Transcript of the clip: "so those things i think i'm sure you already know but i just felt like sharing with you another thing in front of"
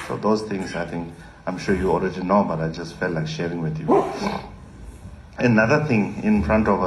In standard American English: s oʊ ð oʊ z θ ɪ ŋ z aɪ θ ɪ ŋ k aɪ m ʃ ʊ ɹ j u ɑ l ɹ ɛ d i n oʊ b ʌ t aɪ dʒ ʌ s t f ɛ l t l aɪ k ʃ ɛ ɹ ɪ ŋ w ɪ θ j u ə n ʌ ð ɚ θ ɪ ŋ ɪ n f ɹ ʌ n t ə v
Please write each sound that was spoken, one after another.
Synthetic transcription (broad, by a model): s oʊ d oʊ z t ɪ ŋ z aɪ t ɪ ŋ k aɪ m ʃ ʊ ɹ j u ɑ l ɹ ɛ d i n oʊ b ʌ t aɪ dʒ ʌ s t f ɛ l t l aɪ k ʃ ɛ ɹ ɪ ŋ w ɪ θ j u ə n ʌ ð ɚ t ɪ ŋ ɪ n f ɹ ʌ n t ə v